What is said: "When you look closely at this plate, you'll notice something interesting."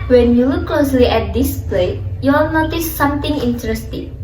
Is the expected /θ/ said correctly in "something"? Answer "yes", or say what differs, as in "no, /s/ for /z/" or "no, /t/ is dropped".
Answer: no, /t/ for /θ/